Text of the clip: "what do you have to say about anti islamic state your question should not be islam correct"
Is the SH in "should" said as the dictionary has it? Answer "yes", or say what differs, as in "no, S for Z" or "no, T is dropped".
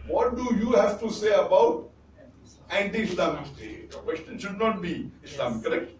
yes